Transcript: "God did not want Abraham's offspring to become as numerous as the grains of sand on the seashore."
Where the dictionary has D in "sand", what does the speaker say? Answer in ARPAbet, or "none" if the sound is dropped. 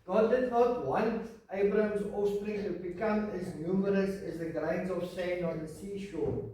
none